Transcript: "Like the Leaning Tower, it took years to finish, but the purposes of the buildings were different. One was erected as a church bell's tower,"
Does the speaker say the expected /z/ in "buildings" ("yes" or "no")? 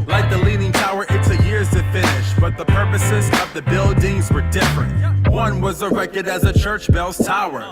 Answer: yes